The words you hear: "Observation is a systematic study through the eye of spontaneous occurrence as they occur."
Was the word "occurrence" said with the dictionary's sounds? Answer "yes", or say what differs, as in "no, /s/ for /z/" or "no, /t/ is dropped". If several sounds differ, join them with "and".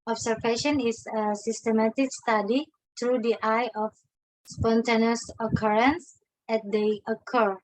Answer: yes